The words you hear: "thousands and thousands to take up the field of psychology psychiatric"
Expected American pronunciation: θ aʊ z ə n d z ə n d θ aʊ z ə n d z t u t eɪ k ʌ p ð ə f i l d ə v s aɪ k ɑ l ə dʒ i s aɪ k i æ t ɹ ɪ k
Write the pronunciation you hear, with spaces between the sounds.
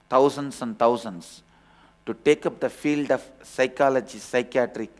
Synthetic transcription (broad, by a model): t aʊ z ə n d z ə n d t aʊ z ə n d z t u t eɪ k ʌ p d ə f i l d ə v s aɪ k ɑ l ə dʒ i s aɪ k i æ t ɹ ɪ k